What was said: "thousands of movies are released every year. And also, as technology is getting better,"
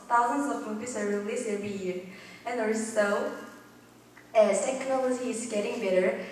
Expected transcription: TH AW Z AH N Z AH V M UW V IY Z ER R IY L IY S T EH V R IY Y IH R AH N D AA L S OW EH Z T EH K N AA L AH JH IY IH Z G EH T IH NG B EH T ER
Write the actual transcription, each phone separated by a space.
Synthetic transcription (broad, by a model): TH AW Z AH N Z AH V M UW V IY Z ER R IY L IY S EH V R IY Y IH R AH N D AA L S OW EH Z T EH K N AA L AH JH IY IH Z G EH T IH NG B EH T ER